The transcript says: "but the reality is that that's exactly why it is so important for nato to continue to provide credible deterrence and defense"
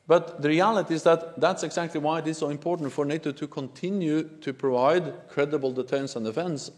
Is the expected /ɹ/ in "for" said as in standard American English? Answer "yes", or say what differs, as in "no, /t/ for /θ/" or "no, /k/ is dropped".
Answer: yes